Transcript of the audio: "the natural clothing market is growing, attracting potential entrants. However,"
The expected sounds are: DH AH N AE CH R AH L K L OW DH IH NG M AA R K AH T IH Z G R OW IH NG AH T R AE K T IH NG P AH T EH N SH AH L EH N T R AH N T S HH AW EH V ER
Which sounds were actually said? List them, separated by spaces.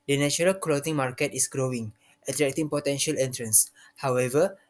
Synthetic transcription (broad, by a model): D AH N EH CH R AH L K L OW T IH NG M AA R K AH T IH S G R OW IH NG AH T R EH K T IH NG P AH T EH N SH AH L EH N T R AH N S HH AW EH V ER